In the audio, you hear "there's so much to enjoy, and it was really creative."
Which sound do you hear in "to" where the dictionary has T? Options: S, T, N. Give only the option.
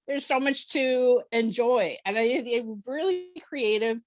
T